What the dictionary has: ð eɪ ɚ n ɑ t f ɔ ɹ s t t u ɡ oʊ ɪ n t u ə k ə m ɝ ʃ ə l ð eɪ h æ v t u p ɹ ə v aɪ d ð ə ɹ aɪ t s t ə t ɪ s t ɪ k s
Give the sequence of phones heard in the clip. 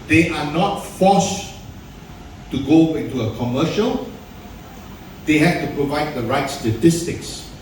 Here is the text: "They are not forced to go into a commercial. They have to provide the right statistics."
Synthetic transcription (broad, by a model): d eɪ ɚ n ɑ t f ɔ s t t u ɡ oʊ ɪ n t u ə k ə m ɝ ʃ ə l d eɪ h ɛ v t u p ɹ ə v aɪ d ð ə ɹ aɪ t s t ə t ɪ s t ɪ k s